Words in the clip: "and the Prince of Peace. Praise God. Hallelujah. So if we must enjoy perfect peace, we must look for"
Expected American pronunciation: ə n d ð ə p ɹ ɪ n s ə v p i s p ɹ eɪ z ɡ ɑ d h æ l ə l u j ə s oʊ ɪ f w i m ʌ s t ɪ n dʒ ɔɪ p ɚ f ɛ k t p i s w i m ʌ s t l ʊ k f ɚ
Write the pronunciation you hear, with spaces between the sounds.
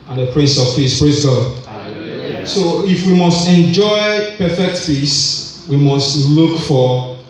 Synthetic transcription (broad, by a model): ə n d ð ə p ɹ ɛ s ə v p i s p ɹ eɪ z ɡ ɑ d s oʊ ɪ f w i m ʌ s t ɪ n dʒ ɔɪ p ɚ f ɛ k t p i s w i m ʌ s t l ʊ k f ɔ